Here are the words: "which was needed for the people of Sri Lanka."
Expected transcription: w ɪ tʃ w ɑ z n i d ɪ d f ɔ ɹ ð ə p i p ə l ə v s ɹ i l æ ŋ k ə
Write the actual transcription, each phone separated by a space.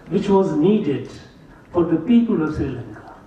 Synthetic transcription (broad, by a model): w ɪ tʃ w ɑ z n i d ɪ d f ɔ ɹ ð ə p i p ə l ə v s i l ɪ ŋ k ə